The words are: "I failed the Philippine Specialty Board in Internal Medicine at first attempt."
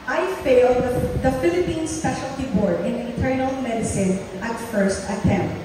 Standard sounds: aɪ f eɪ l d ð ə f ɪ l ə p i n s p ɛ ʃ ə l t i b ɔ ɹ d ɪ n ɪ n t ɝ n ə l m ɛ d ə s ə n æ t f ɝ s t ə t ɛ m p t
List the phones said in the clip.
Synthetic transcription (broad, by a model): aɪ f eɪ l d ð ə f ɪ l ə p i n s p ɛ ʃ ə l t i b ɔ ɹ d ɪ n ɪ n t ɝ n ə l m ɛ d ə s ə n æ t f ɝ s t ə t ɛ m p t